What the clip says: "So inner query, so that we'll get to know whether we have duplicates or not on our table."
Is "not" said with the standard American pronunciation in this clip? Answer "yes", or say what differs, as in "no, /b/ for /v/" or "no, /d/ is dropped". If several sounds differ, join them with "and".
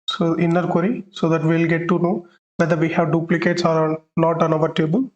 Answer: no, /l/ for /n/